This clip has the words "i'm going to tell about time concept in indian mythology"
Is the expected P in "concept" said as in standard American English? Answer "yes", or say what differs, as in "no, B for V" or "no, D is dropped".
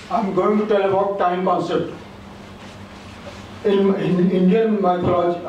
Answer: no, P is dropped